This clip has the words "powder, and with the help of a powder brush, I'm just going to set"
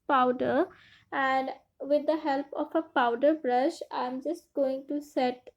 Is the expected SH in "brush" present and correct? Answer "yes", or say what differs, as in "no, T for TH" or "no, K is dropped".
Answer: yes